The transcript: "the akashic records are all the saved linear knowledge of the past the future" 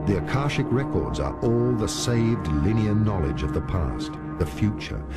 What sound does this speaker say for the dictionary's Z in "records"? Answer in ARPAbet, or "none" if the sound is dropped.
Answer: Z